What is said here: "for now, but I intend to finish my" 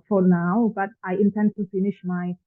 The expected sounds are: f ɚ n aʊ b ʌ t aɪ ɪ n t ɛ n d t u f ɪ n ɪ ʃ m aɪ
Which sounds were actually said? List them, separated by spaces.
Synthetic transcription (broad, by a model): f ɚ n aʊ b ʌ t aɪ ɪ n t ɛ n d t u f ɪ n ɪ ʃ m aɪ